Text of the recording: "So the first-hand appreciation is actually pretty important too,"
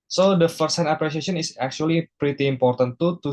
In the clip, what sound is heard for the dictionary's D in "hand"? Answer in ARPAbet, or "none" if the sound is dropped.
none